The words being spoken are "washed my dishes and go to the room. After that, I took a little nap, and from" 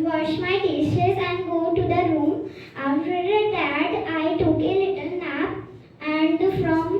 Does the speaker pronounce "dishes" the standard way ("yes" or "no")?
no